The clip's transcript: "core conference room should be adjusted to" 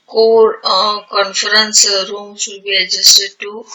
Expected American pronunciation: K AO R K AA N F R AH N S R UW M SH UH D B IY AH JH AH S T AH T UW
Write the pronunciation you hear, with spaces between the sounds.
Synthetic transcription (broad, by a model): K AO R K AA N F R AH N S R UW M S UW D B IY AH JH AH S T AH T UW